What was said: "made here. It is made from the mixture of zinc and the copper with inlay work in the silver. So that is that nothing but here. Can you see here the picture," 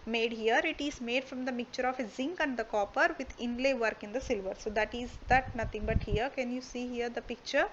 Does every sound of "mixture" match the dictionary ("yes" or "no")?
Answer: no